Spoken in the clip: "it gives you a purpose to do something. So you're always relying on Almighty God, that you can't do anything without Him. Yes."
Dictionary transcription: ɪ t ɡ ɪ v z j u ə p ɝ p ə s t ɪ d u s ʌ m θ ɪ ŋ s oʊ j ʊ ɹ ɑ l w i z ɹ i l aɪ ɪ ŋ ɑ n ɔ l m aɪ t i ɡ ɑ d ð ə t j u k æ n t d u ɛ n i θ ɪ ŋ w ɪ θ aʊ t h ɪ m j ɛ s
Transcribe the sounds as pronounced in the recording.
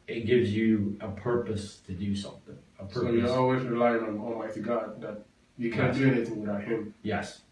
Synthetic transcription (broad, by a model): ɪ t ɡ ɪ v z j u ə p ɝ p ə s t ɪ d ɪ s ʌ m θ ɪ ŋ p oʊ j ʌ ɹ ɑ l w i z ɹ i l aɪ ɪ ŋ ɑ n ɔ l m aɪ t i ɡ ɑ d ð ə t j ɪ k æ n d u ɛ n i θ ɪ ŋ w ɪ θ aʊ t h ɪ m j ɛ s